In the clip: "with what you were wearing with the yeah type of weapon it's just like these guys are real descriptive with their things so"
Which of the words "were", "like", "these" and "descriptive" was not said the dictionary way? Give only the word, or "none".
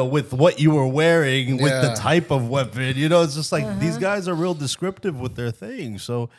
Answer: none